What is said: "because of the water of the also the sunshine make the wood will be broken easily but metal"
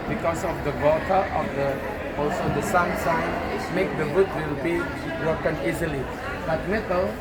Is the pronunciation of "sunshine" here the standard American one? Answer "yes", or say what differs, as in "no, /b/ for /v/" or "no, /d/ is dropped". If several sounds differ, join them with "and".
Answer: no, /s/ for /ʃ/